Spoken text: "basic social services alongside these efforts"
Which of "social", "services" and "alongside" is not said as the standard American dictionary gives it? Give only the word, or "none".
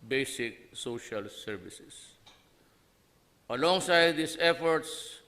services